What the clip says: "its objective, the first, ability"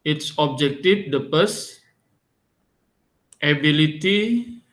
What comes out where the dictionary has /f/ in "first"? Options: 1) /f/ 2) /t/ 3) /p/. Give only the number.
3